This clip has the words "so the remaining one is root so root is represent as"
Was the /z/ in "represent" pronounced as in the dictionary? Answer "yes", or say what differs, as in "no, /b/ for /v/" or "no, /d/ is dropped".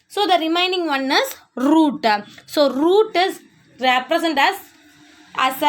no, /s/ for /z/